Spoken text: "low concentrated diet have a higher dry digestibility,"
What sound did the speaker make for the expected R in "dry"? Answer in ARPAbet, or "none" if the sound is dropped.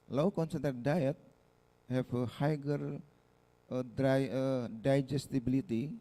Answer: none